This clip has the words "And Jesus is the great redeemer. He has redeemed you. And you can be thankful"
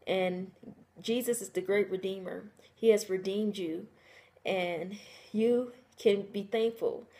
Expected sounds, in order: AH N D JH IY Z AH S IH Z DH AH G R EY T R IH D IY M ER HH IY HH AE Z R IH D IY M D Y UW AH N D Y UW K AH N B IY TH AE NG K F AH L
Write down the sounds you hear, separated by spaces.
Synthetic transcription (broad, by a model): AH N JH IY Z AH S IH Z DH AH G R EY T R IH D IY M ER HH IY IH Z R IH D IY M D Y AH N Y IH K AH N B IY TH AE NG K F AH L